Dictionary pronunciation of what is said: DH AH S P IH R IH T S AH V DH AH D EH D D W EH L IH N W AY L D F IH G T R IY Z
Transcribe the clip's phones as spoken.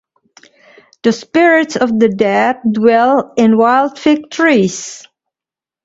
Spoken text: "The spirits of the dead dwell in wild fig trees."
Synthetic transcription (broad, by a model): DH AH S P IH R IH T S AH V DH AH D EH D D W EH L IH N W AY L D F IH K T R IY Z